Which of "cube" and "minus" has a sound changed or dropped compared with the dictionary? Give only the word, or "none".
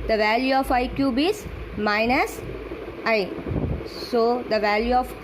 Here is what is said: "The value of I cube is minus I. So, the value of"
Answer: none